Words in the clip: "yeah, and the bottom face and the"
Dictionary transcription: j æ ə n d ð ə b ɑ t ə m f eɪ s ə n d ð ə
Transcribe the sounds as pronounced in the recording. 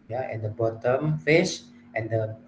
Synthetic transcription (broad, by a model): j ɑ ə n d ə b ɑ t ə m f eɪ ʃ ə n d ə